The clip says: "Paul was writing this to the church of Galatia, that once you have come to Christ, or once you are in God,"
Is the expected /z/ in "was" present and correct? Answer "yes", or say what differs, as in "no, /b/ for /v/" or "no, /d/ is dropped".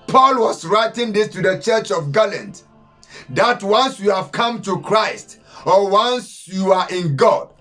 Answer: no, /s/ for /z/